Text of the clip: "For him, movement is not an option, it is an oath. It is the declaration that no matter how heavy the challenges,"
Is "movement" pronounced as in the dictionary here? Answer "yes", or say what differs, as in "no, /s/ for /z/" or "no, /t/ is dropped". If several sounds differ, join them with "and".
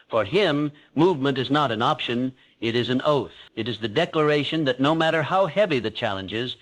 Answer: yes